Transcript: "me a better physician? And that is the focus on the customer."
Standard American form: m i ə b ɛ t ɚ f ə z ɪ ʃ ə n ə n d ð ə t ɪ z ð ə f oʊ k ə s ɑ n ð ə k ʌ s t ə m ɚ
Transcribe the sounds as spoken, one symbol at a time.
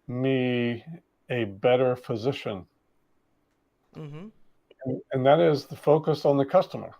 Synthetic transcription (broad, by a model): m i ə b ɛ t ɚ f ə z ɪ ʃ ə n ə n ð ə t ɪ z ð ə f oʊ k ə s n ð ə k ʌ s t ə m ɚ